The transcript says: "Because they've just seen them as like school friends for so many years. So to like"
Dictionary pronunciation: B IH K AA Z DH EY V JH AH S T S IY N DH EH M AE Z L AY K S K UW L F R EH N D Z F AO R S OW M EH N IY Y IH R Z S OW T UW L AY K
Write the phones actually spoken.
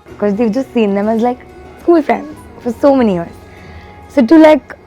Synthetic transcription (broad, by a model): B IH K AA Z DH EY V JH AH S T S IY N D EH M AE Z L AY K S AO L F R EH N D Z F AO R S OW M EH N IY Y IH R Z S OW T UW L AY K